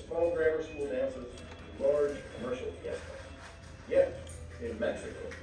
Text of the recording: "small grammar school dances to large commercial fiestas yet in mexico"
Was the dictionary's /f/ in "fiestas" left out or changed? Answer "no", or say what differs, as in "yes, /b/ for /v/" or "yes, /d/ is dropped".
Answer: yes, /p/ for /f/